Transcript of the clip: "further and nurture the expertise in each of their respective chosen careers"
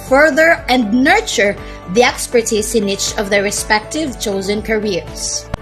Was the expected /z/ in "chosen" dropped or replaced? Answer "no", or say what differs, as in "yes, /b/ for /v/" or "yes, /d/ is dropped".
no